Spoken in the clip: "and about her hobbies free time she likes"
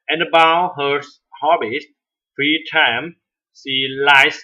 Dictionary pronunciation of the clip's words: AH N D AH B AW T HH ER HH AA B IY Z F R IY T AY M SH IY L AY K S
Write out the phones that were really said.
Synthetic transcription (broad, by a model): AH N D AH B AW HH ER HH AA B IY S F R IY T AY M S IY L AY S